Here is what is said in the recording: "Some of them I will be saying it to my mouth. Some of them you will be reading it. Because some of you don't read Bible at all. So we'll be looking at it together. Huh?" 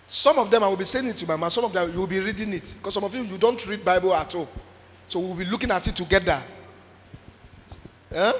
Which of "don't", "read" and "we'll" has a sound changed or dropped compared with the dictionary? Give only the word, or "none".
we'll